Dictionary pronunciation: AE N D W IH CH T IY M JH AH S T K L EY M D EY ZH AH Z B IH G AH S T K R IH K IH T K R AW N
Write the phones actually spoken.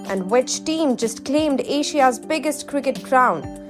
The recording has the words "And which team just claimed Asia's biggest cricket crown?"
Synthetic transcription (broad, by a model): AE N D W IH CH T IY M JH AH S T K L EY M D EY SH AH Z B IH G AH S T K R IH K IH T K R AW N